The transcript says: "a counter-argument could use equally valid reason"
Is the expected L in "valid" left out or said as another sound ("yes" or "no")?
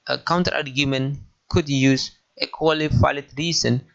yes